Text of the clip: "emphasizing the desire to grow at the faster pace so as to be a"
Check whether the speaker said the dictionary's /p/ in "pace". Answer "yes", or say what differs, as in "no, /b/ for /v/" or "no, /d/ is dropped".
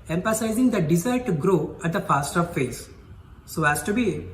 no, /f/ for /p/